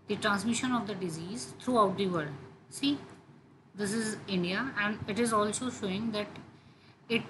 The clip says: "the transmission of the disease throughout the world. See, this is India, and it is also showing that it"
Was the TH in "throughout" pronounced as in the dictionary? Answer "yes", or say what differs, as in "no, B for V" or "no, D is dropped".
no, T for TH